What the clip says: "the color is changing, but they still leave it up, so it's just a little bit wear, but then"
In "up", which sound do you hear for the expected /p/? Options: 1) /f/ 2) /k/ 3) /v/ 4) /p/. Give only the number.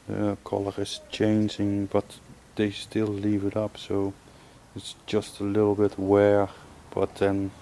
4